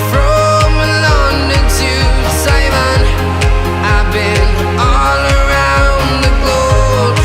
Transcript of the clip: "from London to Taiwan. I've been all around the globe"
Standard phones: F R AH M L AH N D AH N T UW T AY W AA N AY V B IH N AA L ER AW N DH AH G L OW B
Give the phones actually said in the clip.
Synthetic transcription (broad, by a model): F R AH M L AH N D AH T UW S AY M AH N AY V B IH N AA L ER AW N DH AH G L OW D